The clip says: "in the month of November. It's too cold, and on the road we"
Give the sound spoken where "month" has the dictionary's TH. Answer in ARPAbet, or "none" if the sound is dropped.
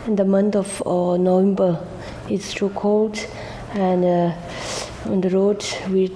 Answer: T